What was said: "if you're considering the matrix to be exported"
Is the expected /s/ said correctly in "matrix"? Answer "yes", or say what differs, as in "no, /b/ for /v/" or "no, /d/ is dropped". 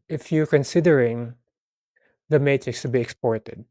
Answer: yes